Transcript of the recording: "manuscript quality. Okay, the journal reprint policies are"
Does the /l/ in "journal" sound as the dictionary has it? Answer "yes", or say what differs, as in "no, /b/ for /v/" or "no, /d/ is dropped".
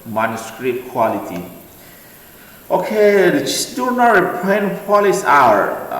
no, /n/ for /l/